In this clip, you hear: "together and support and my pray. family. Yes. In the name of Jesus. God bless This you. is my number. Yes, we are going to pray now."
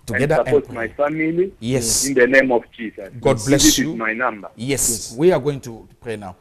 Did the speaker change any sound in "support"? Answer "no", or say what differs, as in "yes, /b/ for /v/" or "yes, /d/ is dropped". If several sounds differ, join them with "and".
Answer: yes, /p/ is dropped